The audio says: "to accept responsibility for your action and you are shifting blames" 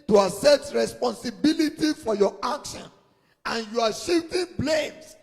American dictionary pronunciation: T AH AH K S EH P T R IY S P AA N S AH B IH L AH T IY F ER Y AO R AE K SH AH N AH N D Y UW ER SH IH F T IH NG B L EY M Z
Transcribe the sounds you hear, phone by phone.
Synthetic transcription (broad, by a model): T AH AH S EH T R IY S P AA N S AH B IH L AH T IY F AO Y AO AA K SH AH N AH N Y UW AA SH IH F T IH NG B L EY M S